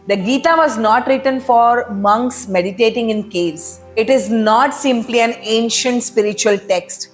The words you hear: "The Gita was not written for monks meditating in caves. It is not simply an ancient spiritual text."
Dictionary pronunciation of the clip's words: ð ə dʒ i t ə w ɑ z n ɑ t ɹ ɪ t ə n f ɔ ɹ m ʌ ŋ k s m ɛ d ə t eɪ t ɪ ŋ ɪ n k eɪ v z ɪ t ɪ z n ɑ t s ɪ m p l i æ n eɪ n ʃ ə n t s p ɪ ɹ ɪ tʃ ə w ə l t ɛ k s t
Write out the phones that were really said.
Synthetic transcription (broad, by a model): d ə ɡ i t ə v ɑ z n ɑ t ɹ ɪ t ə n f ɔ ɹ m ʌ ŋ k s m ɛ d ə t eɪ t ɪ ŋ ɪ n k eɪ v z ɪ t ɪ z n ɑ t s ɪ m p l i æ n eɪ n ʃ ə n t s p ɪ ɹ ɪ tʃ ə ə l t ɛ k s t